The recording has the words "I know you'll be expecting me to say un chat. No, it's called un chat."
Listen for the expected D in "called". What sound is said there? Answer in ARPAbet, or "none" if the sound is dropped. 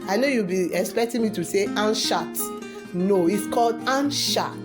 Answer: D